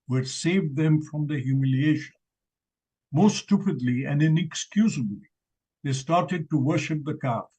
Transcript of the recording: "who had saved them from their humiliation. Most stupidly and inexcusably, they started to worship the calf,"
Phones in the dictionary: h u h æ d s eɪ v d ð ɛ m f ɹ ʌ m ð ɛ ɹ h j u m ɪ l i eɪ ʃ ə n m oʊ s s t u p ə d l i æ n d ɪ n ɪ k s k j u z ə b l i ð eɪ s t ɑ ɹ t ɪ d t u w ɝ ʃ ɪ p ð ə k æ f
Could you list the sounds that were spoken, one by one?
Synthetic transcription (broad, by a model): h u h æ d s eɪ v d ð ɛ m f ɹ ʌ m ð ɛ h j u m ɪ l i eɪ ʃ ə n m oʊ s s t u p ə d l i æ n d ɪ n ɪ k s k j u z ə b l i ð eɪ s t ɑ ɹ t ɪ d t u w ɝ ʃ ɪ p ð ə k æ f